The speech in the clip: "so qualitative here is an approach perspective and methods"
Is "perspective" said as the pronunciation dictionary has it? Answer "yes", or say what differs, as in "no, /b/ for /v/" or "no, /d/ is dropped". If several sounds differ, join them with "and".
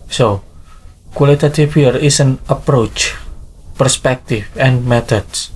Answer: no, /f/ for /v/